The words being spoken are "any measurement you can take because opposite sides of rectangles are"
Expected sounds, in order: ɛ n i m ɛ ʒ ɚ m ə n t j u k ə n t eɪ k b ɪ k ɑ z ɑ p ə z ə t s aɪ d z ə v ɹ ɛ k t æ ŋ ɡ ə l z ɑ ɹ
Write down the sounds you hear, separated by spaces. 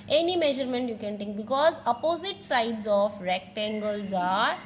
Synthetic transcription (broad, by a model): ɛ n i m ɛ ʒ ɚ m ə n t j u k ə n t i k b ɪ k ɑ z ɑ p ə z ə t s aɪ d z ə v ɹ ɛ k t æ ŋ ɡ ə l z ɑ ɹ